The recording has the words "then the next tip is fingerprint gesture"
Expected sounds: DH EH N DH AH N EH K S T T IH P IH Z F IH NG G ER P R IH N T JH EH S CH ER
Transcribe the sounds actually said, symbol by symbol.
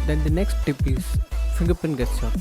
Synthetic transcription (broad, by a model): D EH N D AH N EH K S T T IH P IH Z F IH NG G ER P IH N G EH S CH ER